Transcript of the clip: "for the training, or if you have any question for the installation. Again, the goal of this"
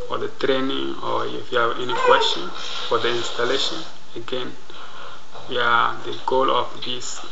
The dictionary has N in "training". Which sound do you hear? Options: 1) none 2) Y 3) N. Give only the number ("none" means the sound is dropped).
3